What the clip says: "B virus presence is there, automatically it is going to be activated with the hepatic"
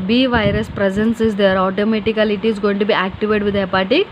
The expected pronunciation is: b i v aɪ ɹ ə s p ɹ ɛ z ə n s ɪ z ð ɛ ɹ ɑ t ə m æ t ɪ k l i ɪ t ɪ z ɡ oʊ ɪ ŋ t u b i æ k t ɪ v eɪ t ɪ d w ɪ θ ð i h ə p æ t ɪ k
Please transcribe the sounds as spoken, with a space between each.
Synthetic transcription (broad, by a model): b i v aɪ ɹ ə s p ɹ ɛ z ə n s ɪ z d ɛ ɹ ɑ t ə m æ t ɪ k l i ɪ t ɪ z ɡ oʊ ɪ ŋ t u b i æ k t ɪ v eɪ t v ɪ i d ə p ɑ t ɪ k